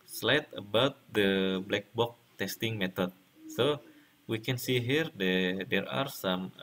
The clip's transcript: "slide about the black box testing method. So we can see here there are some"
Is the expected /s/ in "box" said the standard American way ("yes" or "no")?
no